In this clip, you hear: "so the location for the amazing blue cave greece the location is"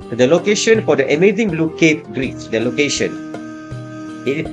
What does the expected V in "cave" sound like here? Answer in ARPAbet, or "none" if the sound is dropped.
P